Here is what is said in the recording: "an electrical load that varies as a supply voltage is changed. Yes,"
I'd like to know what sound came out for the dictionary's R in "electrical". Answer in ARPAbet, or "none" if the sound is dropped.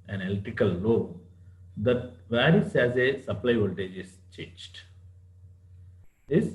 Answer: none